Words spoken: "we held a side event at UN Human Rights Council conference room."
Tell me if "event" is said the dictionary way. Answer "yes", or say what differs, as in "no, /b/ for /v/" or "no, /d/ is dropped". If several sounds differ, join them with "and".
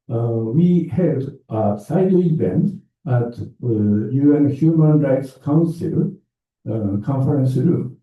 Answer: no, /b/ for /v/